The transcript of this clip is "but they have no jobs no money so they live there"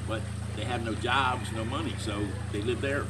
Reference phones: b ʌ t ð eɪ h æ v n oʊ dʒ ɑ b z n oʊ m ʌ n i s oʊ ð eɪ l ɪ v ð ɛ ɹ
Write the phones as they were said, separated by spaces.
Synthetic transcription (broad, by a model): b ʌ t ð eɪ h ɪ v n oʊ dʒ ɑ b z n oʊ m ʌ n i s oʊ ð eɪ l ɪ v ð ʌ ɹ